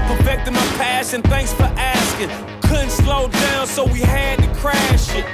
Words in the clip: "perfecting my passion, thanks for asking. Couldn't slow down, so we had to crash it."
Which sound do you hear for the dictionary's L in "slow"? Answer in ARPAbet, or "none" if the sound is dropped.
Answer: L